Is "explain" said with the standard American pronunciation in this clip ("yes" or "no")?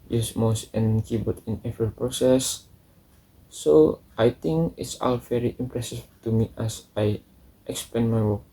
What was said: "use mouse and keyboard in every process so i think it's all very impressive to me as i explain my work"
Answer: no